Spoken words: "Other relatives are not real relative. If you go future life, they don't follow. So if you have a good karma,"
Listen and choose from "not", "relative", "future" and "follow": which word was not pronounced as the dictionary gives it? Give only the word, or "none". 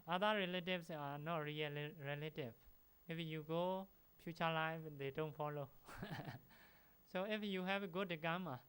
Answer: future